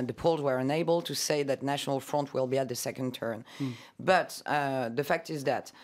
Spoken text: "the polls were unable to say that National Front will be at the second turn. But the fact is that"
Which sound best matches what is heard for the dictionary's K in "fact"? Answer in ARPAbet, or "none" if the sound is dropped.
K